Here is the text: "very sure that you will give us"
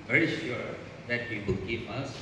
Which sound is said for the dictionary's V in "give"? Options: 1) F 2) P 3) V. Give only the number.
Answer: 2